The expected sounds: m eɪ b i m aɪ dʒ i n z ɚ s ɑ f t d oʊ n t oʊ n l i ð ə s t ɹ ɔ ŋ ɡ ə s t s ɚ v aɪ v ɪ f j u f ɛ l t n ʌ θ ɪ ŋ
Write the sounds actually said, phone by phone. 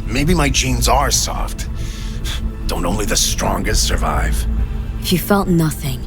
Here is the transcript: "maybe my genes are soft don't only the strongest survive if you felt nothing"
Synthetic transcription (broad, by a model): m eɪ b i m aɪ dʒ i n z ɚ s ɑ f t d oʊ n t oʊ n l i ð ə s t ɹ ɔ ŋ ɡ ə s t s ɚ v aɪ v ɪ f j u f ɛ l t n ʌ θ ɪ ŋ